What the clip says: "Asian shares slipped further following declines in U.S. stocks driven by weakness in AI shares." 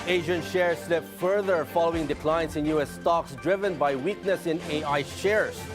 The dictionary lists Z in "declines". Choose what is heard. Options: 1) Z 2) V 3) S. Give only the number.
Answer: 3